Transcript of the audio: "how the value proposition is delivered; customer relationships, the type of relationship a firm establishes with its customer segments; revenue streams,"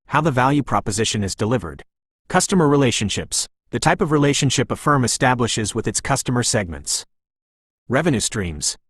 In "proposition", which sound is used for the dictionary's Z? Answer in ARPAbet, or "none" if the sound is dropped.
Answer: Z